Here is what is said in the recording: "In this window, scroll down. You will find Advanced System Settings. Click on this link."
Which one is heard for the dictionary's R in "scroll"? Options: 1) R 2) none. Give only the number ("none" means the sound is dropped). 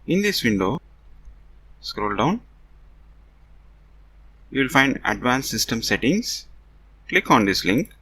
1